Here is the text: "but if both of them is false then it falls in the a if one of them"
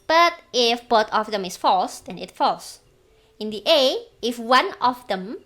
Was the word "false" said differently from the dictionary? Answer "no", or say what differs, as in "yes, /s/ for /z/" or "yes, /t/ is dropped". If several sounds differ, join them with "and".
no